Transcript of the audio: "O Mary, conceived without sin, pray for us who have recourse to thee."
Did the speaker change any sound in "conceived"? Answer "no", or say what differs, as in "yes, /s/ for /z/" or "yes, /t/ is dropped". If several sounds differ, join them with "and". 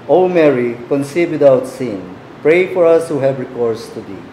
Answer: yes, /v/ is dropped